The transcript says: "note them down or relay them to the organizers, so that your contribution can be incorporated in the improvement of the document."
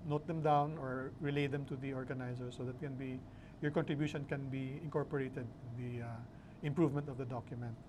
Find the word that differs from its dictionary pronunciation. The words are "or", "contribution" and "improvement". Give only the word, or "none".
none